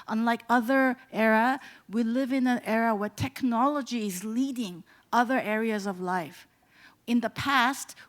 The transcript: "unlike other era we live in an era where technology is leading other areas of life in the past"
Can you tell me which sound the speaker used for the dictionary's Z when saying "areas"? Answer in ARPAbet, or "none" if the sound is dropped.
Z